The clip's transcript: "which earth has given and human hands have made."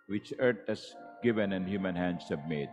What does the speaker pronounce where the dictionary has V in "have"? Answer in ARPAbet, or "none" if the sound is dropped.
B